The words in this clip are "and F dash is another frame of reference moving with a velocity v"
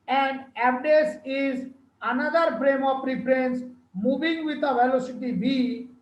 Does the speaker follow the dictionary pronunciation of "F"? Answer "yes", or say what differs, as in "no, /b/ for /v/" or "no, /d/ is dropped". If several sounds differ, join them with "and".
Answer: no, /p/ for /f/